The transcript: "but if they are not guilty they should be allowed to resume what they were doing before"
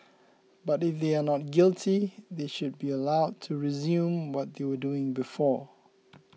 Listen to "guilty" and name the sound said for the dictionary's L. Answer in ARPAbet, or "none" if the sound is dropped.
L